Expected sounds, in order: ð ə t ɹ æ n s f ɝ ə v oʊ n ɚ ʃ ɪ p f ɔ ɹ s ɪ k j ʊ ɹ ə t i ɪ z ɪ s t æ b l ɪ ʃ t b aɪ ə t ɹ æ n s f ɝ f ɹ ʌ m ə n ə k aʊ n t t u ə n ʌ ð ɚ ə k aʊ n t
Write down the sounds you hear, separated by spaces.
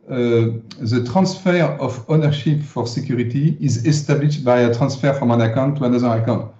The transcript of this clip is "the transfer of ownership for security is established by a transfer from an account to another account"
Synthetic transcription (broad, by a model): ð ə t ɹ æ n s f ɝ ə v oʊ n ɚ ʃ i p f ɔ ɹ s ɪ k j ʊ ɹ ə t i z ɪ s t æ b l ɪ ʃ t b aɪ ə t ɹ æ n s f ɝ f ɹ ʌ m ə n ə k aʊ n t t u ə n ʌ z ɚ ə k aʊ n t